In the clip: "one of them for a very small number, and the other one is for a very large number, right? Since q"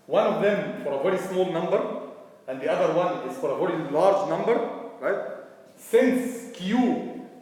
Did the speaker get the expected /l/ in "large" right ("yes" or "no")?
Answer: yes